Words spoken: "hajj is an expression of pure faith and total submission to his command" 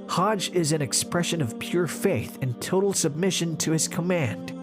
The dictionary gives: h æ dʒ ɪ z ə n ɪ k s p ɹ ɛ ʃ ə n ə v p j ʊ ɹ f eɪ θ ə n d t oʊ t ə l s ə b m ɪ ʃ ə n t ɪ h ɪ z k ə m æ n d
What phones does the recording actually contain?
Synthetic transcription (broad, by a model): h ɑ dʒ ɪ z ə n ɪ k s p ɹ ɛ ʃ ə n ə v p j ʊ ɹ f eɪ θ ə n t oʊ t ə l s ə b m ɪ ʃ ə n t ɪ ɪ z k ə m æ n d